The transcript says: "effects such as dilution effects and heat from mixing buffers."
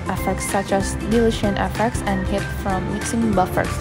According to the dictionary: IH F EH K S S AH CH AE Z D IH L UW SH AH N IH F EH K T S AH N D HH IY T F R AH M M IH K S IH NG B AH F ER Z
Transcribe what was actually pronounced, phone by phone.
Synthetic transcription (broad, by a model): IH F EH K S S AH CH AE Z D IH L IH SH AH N IH F EH K T S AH N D HH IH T F R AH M M IH K S IH NG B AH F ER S